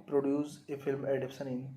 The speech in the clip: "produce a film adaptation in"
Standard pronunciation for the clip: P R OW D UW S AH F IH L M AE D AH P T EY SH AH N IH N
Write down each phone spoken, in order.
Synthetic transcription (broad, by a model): P R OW D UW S AH F IH L M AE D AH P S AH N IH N